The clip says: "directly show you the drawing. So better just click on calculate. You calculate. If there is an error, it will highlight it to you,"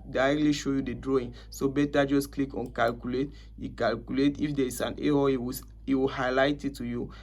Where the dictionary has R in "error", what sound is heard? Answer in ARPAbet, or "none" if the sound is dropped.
W